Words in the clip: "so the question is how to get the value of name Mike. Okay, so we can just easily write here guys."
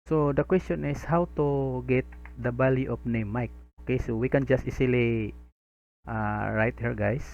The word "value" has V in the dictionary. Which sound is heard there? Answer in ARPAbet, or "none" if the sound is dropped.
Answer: B